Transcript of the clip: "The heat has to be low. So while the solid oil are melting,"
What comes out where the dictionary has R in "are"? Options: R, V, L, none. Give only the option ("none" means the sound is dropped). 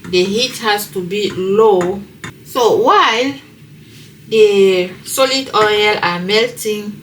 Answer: L